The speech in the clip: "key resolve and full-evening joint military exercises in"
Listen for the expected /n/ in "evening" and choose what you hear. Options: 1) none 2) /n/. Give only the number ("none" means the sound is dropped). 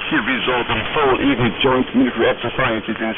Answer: 1